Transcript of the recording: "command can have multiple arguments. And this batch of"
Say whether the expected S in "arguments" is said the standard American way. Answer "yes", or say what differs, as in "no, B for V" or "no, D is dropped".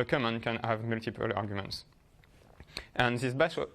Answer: yes